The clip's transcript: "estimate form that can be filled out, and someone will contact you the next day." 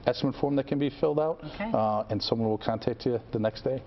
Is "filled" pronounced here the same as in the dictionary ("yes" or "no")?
yes